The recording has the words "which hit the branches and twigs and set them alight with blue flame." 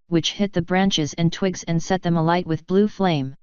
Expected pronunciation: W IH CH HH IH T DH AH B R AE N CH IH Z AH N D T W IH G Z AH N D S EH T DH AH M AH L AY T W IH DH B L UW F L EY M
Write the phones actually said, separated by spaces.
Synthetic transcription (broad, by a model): W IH CH HH IH T DH AH B R AE N CH IH Z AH N T W IH G Z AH N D S EH T DH AH M AH L AY T W IH DH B L UW F L EY M